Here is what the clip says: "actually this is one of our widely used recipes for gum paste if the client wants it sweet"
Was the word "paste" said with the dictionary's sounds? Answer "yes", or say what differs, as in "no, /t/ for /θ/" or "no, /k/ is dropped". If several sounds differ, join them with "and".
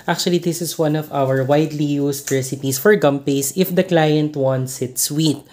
no, /t/ is dropped